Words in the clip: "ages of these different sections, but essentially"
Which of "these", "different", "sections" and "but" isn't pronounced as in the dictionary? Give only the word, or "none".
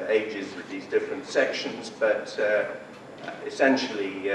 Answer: none